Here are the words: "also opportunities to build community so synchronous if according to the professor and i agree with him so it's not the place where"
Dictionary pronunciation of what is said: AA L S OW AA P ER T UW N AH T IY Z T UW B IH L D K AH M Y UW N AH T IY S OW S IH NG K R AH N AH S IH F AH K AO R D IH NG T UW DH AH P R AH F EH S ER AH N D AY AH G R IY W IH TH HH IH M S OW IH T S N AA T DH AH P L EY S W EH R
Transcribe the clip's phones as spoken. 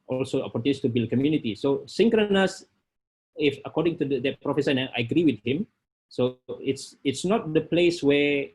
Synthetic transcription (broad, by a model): AA L S OW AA P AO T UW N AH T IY T UW B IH L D K AH M Y UW N AH T IY S OW S IH NG K R AH N AH S IH F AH K AO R D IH NG T UW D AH P R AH F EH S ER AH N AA AY AH G R IY W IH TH HH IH M S OW IH T S N AA T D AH P L EY S W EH